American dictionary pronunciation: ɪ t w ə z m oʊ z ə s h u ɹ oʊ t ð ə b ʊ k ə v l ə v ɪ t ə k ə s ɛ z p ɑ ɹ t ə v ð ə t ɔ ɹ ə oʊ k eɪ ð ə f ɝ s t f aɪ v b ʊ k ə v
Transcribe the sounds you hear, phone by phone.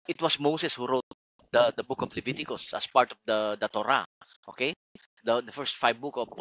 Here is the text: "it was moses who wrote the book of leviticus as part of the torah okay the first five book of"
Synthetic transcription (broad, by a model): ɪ t w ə s m oʊ s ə s h u ɹ oʊ t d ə b ʊ k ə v l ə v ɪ t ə k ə s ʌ s p ɑ ɹ t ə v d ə t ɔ ɹ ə oʊ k eɪ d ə f ɝ s t f aɪ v b ʊ k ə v